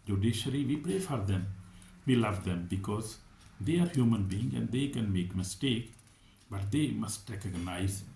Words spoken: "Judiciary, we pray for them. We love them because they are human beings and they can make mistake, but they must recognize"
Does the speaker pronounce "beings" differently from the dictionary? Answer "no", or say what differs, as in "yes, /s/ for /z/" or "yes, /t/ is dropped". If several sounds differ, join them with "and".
yes, /z/ is dropped